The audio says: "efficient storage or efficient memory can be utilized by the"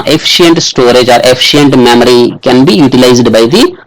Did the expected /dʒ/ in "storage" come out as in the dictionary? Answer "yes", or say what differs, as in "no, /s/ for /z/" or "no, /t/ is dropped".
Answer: yes